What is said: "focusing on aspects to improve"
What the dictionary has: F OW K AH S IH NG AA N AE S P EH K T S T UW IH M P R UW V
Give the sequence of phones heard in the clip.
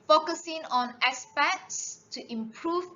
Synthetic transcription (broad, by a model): F OW K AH S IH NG AA N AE S P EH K S S T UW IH M P R UW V